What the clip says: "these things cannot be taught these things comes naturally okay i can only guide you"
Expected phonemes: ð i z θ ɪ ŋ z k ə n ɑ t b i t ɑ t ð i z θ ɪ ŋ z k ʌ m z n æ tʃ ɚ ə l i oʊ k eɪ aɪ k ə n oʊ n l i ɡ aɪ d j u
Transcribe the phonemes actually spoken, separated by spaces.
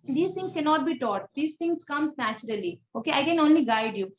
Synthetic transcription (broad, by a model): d i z t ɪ ŋ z k ə n ɑ t b i t ɑ t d i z t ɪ ŋ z k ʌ m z n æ tʃ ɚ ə l i oʊ k eɪ aɪ k ə n oʊ n l i ɡ aɪ d j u